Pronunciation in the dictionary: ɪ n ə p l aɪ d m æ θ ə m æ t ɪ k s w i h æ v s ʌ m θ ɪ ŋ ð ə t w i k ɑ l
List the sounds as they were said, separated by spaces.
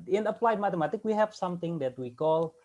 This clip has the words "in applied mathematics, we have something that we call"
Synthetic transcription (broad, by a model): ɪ n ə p l aɪ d m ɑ t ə m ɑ t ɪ k w i h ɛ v s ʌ m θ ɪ ŋ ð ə t w i k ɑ l